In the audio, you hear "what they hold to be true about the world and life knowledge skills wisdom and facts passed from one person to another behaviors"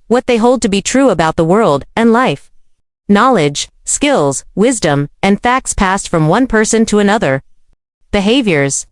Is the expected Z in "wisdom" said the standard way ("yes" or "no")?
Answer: yes